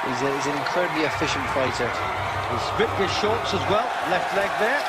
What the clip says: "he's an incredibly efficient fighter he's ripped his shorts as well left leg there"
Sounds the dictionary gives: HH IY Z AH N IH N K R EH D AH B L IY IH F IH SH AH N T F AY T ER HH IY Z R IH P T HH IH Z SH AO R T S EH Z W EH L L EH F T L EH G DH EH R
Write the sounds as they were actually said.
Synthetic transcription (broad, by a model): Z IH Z AH N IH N K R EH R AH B L IY IH F IH SH AH N T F AY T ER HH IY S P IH T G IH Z SH AO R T S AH Z W EH L L EH F T L EH G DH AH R